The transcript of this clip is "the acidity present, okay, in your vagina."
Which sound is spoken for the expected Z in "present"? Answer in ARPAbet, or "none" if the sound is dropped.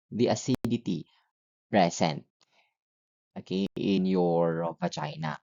S